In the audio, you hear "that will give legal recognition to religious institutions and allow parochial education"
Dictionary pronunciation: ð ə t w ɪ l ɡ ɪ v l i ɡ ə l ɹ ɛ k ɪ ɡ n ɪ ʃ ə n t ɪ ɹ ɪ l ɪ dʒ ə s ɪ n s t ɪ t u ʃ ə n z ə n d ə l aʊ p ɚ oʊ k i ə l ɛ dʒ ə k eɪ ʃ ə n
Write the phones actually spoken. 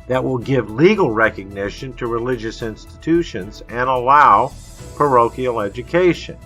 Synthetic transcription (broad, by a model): ð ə t w ɪ l ɡ ɪ v l i ɡ l ɹ ɛ k ɪ ɡ n ɪ ʃ ə n t ɪ ɹ ɪ l ɪ dʒ ə s ɪ n s t ɪ t u ʃ ə n z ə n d ə l aʊ p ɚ oʊ k i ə l ɛ dʒ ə k eɪ ʃ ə n